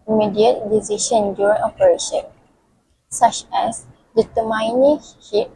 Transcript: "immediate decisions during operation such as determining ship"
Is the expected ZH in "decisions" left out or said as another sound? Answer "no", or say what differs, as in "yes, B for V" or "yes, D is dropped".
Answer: yes, SH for ZH